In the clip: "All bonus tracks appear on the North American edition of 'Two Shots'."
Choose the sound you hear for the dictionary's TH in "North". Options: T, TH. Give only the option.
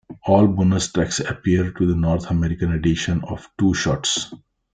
T